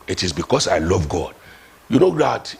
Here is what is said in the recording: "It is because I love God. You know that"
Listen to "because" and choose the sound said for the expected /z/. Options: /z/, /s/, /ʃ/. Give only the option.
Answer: /s/